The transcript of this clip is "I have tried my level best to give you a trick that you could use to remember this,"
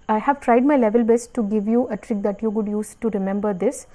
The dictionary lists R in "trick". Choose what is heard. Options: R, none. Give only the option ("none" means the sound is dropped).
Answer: R